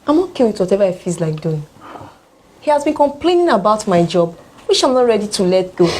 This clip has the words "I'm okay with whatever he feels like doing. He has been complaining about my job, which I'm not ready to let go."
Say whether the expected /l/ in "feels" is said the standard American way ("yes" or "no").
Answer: no